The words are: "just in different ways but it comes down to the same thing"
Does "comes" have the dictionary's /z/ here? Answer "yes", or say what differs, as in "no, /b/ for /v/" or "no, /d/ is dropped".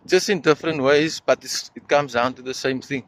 yes